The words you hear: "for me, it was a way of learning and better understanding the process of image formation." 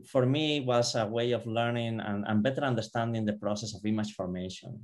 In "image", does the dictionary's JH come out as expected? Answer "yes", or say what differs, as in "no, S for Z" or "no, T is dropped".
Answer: no, CH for JH